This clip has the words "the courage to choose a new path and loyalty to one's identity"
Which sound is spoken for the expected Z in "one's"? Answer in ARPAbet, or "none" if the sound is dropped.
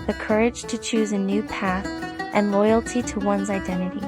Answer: Z